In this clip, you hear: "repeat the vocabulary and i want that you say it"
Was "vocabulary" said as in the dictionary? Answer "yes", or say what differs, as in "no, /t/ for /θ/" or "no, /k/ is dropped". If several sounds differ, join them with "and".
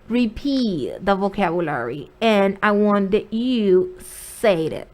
yes